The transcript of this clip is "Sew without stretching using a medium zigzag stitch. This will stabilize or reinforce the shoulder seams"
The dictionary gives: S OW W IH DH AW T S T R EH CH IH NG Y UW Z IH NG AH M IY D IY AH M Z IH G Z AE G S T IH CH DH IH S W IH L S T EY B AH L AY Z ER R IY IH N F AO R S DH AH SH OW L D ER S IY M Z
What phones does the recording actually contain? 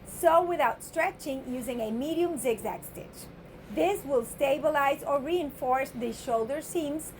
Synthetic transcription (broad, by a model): S OW W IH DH AW T S T R EH CH IH NG Y UW Z IH NG AH M IY D IY AH M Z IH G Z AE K S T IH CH DH IH S W IH L S T EY B AH L AY Z ER R IY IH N F AO R S DH AH SH OW L D ER S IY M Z